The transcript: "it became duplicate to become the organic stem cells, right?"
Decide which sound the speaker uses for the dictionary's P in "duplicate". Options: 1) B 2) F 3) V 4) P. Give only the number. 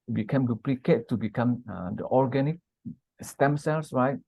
4